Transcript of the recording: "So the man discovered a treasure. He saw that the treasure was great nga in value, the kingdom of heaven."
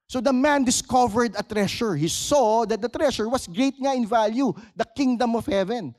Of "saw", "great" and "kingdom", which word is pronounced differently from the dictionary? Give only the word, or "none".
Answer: great